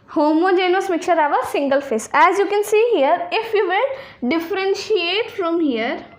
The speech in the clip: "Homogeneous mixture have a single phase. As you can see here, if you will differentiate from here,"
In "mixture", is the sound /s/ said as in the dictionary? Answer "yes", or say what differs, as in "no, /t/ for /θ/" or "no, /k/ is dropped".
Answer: no, /s/ is dropped